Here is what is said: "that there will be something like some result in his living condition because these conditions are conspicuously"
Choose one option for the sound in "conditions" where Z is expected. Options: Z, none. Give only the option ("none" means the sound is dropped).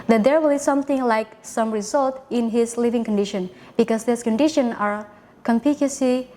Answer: none